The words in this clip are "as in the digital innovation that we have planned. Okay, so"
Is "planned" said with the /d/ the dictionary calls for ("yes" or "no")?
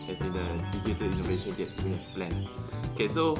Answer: no